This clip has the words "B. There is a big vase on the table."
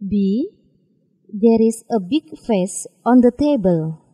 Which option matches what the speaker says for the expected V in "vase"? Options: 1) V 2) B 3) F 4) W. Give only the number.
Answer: 3